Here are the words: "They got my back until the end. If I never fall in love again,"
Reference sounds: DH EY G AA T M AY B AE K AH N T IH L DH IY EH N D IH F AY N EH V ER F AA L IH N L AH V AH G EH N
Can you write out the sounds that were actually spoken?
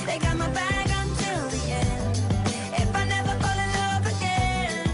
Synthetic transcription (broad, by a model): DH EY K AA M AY B AE K AH N T IH L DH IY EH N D IH F AY N EH V ER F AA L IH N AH P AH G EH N